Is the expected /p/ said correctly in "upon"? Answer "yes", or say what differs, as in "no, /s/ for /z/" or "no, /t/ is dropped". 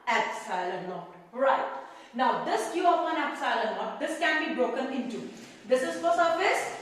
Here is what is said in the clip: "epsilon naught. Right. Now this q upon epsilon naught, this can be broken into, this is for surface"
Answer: no, /f/ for /p/